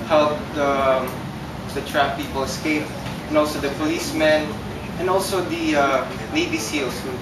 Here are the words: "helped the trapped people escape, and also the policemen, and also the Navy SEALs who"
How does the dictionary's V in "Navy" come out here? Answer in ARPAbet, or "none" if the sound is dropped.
B